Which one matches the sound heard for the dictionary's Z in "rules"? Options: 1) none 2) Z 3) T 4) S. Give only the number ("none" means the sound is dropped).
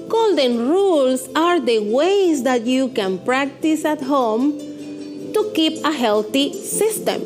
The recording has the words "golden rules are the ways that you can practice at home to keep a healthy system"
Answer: 4